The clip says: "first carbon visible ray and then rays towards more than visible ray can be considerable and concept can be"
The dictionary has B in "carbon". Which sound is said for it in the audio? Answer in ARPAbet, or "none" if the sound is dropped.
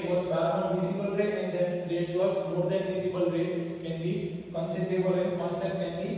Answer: none